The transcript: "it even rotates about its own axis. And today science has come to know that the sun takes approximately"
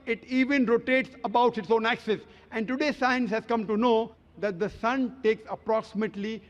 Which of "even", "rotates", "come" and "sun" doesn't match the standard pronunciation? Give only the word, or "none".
none